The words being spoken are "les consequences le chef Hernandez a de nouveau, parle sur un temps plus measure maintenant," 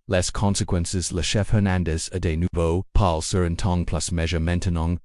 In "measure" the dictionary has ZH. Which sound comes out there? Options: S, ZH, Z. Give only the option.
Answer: ZH